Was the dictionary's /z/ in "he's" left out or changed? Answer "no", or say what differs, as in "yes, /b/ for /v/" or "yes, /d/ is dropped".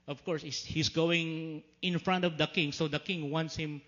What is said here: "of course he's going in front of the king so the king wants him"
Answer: yes, /s/ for /z/